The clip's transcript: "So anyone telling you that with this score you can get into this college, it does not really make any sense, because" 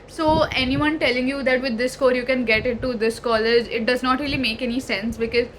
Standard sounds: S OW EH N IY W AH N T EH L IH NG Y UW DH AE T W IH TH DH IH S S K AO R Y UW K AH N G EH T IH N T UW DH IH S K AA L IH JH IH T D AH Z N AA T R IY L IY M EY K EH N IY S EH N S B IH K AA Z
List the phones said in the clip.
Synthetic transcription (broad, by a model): S OW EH N IY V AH N T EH L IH NG Y UW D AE T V IH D IH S S K AO R Y UW K AH N G EH T IH T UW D IH S K AA L IH JH IH T D AH Z N AA T R IY L IY M EY K EH N IY S EH N S B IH K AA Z